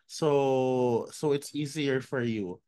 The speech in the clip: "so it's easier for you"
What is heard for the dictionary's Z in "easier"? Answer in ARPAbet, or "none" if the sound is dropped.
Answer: Z